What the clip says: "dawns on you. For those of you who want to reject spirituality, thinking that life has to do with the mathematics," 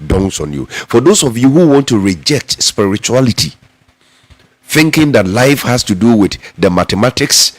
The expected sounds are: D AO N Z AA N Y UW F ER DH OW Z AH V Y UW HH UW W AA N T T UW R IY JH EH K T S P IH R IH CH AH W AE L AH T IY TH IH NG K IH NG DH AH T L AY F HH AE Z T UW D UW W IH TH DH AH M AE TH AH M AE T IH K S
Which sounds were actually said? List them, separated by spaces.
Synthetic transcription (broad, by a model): D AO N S AA N Y UW F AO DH OW S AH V Y UW HH UW W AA N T T UW R IY JH EH K T S P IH R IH CH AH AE L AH T IY TH IH NG K IH NG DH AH T L AY F HH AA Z T UW D UW W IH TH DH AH M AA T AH M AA T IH K S